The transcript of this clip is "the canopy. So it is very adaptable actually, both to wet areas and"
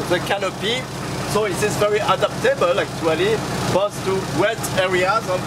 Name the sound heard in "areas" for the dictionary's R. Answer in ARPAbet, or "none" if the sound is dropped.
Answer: R